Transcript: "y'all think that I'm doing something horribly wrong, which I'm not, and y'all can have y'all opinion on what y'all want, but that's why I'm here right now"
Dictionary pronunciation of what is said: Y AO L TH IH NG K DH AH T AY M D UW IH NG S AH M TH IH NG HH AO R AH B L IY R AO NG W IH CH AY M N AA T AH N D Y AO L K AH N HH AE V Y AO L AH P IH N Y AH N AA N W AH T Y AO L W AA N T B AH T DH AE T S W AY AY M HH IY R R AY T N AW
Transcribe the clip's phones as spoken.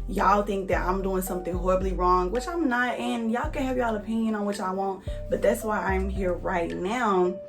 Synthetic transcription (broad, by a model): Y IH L TH IH NG K DH AH T AY M D UW IH NG S AH M TH IH NG HH AO R AH B L IY R AO NG W IH CH AY M N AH T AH N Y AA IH K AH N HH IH V Y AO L AH P IH N Y AH N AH N W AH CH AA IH W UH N T B AH T DH AE T S W AY AY M HH IY R R AY T N AW